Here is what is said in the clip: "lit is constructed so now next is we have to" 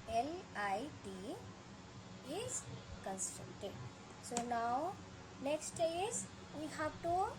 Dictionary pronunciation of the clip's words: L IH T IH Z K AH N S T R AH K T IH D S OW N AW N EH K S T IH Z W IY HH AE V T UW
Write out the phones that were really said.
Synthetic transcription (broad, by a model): L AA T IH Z K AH N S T AH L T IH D S OW N AW N EH K S T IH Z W IY HH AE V T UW